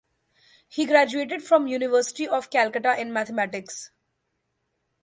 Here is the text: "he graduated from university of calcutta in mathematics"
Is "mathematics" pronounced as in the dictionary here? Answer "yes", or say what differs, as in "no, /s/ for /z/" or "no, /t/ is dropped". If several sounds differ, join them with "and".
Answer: no, /t/ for /θ/